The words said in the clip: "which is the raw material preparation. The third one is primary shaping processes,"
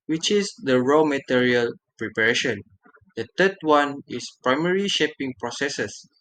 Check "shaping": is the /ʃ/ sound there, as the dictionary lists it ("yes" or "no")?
yes